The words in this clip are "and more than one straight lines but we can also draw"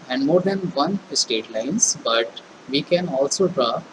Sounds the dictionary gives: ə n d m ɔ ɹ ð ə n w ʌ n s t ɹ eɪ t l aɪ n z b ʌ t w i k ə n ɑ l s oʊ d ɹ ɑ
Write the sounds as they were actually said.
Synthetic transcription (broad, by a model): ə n d m ɔ ɹ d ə n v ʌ n s t eɪ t l aɪ n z b ʌ t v i k ə n ɑ l s oʊ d ɹ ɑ